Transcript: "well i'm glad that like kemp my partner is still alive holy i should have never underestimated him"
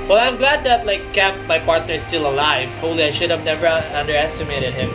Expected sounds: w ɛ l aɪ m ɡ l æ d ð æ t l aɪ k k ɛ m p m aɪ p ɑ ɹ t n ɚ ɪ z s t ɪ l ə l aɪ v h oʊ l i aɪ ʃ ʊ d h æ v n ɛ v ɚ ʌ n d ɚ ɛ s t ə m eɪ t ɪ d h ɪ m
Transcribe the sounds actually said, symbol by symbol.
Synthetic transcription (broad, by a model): w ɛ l aɪ m ɡ l æ d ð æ t l aɪ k k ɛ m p m aɪ p ɑ ɹ t n ɚ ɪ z s t ɪ l ə l aɪ v h oʊ l i aɪ ʃ ʊ d h æ v n ɛ v ɚ ʌ n d ɚ ɛ s t ə m eɪ t ɪ d h ɪ m